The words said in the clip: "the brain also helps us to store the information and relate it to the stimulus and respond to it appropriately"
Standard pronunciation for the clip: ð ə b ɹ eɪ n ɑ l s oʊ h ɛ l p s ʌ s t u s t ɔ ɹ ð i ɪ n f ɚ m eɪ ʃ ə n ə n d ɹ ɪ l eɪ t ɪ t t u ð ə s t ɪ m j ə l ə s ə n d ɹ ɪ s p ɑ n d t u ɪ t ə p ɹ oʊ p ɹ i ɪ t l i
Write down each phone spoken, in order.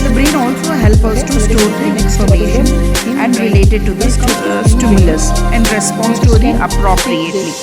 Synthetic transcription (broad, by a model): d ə b ɹ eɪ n ɑ l s oʊ h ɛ l p ʌ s t u s t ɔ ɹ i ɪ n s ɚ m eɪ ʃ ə n ə n d ɹ ɪ l eɪ t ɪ t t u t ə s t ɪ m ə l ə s ə n d ɹ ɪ s p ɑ n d t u ɪ t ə p ɹ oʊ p ɹ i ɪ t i